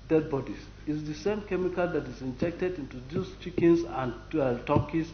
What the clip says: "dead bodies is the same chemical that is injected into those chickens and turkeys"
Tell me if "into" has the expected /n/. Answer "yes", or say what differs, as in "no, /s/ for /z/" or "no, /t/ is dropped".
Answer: yes